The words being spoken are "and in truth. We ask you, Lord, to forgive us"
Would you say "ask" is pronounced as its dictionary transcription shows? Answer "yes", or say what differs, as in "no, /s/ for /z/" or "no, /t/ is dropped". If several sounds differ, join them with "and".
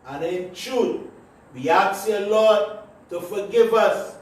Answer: no, /s/ is dropped